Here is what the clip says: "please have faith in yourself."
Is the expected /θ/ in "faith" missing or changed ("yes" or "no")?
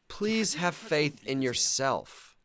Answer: no